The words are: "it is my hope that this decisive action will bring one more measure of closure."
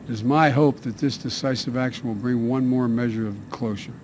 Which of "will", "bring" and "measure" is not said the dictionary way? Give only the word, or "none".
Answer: none